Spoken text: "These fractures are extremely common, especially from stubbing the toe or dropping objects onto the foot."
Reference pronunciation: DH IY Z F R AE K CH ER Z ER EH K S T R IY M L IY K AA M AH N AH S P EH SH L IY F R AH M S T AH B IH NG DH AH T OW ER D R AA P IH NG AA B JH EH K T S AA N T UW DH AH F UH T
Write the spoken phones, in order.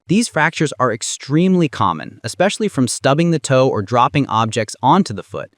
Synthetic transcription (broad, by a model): DH IY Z F R AE K CH ER Z ER EH K S T R IY M L IY K AA M AH N AH S P EH SH L IY F R AH M S T AH B IH NG DH AH T OW ER D R AA P IH NG AA B JH EH K T S AA N T UW DH AH F UH T